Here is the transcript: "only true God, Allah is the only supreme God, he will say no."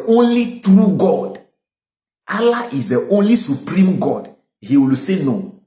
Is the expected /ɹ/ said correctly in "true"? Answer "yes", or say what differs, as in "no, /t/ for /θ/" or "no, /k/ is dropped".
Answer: yes